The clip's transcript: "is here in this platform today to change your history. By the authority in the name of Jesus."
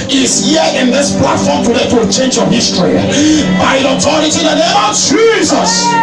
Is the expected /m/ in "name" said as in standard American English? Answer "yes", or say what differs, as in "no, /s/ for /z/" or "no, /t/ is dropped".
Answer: no, /m/ is dropped